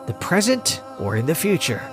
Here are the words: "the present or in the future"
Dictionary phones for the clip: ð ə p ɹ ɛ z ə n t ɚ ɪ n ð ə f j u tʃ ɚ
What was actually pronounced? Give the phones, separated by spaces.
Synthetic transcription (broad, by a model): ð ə p ɹ ɛ z ə n t ɚ ɪ n ð ə f j u tʃ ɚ